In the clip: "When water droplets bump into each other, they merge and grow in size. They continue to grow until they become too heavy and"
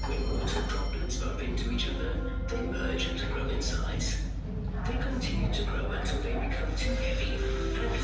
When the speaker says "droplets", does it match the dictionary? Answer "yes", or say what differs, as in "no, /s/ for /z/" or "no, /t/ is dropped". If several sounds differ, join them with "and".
no, /b/ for /p/